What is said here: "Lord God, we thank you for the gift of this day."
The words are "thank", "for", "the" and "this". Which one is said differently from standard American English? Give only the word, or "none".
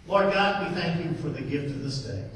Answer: none